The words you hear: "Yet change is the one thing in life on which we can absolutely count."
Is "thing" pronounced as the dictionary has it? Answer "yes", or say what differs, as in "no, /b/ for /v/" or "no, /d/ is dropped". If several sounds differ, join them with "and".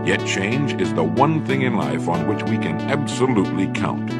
yes